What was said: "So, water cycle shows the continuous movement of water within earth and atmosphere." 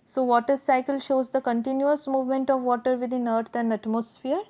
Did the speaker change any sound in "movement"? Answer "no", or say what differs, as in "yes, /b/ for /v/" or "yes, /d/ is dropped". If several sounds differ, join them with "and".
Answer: no